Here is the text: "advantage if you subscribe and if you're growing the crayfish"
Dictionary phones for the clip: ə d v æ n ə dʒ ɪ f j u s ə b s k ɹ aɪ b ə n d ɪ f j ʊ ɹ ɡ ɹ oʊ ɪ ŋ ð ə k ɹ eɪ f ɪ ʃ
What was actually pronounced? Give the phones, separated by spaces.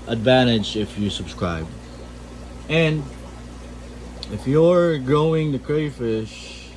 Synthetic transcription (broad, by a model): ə d v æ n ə dʒ ɪ f j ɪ s ə b s k ɹ aɪ b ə n ɪ f j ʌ ɹ ɡ oʊ ɪ ŋ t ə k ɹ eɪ f ɪ ʃ